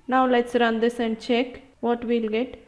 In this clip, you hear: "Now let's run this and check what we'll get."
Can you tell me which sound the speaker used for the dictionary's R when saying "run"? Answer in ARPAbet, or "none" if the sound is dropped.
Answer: R